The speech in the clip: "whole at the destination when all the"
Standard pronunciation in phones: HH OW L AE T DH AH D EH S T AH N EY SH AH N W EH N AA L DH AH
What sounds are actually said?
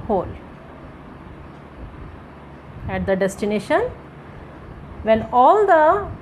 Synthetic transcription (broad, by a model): HH OW L AE T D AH D EH S T AH N EY SH AH N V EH L AA L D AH